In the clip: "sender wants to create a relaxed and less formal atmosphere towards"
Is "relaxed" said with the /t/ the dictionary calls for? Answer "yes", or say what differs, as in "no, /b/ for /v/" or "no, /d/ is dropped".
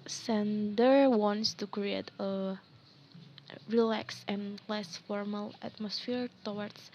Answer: no, /t/ is dropped